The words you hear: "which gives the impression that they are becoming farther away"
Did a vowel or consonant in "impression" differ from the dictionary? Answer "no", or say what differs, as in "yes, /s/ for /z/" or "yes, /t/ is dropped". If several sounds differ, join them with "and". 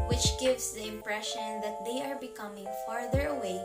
no